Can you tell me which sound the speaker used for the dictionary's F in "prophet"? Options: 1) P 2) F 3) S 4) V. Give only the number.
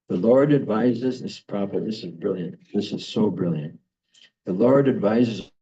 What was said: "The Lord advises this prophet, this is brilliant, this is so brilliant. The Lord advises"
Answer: 1